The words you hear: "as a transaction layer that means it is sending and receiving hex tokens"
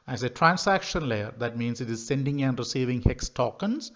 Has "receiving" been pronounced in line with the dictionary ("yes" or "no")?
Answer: yes